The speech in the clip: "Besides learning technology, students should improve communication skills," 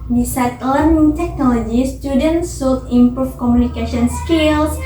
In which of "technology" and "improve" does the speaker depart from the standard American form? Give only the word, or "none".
improve